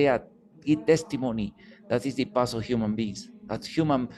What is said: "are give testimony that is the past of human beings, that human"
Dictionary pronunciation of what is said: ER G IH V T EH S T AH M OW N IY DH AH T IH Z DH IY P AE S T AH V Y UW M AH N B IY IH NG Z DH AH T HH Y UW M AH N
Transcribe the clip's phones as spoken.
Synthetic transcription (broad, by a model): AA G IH T EH S T AH M OW N IY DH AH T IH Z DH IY P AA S AH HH Y UW M AH N B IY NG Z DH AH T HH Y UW M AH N